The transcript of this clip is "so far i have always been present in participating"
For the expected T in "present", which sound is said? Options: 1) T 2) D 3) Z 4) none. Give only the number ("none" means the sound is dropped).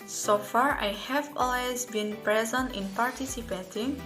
1